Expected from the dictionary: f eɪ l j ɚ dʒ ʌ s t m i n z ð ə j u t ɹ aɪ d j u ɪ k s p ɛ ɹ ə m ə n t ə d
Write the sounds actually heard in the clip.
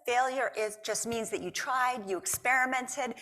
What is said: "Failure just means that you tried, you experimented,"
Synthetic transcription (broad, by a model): f eɪ l j ɚ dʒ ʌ s t m i n z ð ə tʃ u t ɹ aɪ d j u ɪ k s p ɛ ɹ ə m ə n t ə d